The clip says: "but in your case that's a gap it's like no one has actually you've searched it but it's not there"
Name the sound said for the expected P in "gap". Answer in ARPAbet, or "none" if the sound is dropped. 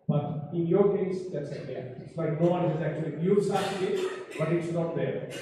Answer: none